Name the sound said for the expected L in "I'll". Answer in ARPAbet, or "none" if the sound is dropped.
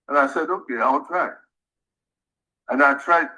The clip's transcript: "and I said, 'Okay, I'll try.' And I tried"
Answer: W